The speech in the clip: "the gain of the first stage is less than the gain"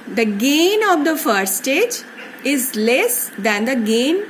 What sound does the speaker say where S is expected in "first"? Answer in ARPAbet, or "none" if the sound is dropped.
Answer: none